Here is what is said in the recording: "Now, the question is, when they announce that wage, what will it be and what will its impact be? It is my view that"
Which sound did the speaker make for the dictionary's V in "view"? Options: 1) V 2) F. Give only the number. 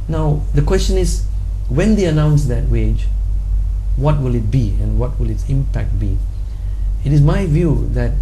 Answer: 1